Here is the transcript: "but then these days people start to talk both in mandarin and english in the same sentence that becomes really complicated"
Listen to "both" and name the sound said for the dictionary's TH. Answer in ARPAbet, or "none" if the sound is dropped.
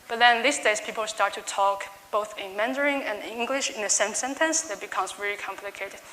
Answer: TH